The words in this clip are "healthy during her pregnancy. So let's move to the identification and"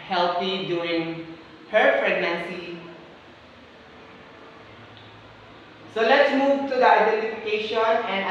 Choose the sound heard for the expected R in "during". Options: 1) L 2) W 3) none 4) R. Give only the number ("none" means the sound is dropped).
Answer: 3